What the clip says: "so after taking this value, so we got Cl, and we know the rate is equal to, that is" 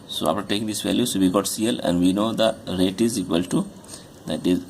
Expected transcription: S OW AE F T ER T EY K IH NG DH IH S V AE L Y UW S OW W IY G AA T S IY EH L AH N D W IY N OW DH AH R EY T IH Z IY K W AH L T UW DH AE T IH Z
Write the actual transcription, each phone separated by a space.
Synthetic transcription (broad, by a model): S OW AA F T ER T EY K IH NG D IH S V AE L Y UW S OW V IY G AA T S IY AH L AH N D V IY N OW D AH R EY T IH Z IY K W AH L T UW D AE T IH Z